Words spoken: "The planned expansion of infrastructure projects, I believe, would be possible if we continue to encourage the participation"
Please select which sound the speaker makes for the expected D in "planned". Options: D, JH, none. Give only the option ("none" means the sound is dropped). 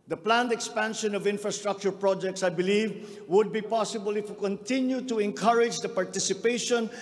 D